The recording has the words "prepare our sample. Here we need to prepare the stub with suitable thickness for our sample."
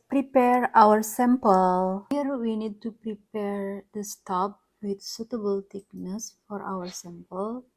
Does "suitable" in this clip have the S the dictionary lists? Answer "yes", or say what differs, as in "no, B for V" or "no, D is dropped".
yes